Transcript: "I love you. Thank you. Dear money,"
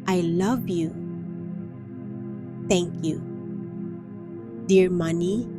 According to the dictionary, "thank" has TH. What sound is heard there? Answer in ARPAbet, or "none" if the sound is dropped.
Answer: T